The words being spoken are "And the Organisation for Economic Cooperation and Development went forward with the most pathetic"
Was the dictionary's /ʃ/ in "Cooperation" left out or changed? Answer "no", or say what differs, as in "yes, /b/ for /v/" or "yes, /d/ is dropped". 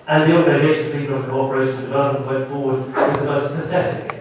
yes, /ʃ/ is dropped